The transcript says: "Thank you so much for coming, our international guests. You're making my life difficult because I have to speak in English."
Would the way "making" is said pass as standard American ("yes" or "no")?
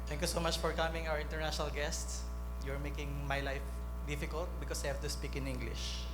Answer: yes